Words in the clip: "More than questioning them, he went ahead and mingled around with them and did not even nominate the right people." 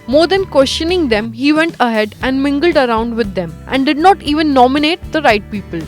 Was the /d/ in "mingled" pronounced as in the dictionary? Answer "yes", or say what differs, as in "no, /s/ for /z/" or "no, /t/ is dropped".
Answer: yes